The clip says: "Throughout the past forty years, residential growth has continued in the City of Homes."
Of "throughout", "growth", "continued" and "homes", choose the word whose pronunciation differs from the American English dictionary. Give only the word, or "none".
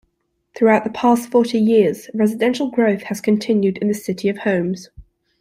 none